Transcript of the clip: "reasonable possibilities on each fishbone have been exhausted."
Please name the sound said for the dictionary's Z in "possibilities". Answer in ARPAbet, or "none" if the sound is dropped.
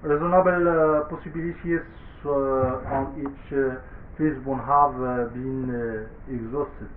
S